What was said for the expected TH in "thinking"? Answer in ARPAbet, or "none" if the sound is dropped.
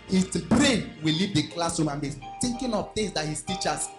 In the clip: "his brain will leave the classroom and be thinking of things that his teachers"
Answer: T